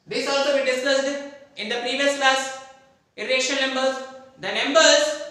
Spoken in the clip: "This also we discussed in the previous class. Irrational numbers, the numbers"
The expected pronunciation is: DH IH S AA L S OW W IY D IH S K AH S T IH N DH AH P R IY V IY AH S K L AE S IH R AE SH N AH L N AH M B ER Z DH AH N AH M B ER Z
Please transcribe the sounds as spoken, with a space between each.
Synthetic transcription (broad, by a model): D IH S AA L S OW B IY D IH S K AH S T IH N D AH P R IY V IY AH S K L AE S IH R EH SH AH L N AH M B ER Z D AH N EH M B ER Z